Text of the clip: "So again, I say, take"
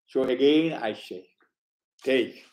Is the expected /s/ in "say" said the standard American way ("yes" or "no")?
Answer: no